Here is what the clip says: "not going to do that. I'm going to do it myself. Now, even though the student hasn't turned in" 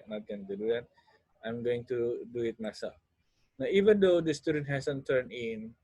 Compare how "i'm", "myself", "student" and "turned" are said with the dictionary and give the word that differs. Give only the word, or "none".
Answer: turned